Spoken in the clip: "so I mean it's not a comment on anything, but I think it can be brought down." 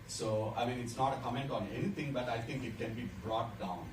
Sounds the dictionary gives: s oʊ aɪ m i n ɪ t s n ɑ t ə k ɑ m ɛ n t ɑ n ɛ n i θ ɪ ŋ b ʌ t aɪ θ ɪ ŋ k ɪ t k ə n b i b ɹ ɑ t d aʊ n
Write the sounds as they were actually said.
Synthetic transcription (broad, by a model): s oʊ aɪ m i n ɪ t s n ɑ t ə k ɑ m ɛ n t ɑ n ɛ n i t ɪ ŋ b ʌ t aɪ t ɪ ŋ k ɪ t k ə n b i b ɹ ɑ t d aʊ n